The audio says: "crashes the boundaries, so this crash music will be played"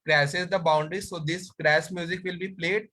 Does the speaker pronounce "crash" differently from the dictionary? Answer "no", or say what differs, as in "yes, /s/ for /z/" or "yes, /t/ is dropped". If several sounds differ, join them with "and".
yes, /s/ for /ʃ/